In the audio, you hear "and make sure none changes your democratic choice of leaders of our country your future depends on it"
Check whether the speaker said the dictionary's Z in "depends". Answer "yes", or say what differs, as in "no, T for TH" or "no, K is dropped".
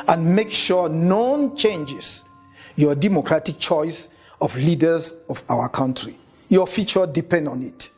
no, Z is dropped